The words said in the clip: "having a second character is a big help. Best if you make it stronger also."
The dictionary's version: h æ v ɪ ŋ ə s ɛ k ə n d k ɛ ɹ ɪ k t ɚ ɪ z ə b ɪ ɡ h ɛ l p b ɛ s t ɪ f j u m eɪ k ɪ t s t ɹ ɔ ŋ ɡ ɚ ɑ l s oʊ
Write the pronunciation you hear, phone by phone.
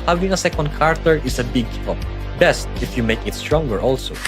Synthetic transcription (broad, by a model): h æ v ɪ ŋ ə s ɛ k ə n d k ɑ ɹ t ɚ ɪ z ə b ɪ ɡ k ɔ p b ɛ s t ɪ f j u m eɪ k ɪ t s t ɹ ɔ ŋ ɡ ɚ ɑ l s oʊ